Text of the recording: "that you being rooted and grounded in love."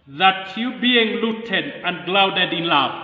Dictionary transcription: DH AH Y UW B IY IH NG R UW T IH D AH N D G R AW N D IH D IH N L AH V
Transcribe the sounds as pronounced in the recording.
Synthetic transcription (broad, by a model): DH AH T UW B IY IH NG L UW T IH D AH N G L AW D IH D IH N L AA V